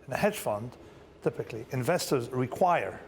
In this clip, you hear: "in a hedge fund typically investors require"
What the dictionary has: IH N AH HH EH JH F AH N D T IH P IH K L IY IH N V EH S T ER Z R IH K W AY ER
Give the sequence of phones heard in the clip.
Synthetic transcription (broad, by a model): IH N AH HH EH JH F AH N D T IH P IH K L IY IH N V EH S T ER Z R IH K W AY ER